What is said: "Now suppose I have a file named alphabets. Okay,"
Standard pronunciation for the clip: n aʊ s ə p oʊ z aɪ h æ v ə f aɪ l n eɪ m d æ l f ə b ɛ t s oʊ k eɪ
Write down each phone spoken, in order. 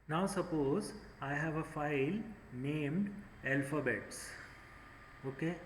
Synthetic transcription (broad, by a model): n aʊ s ə p oʊ z aɪ h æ v ə f aɪ l n eɪ m d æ l f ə b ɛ t s oʊ k eɪ